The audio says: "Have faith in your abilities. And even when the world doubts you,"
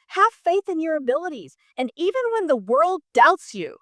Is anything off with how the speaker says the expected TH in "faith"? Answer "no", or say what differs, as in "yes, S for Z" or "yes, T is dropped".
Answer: no